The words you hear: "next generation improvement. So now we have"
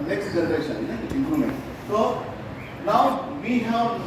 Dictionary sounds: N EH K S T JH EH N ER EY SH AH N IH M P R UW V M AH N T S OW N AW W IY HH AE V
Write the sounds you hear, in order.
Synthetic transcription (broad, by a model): N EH K S T JH EH N ER EY SH AH N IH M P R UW M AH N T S OW N AW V IY HH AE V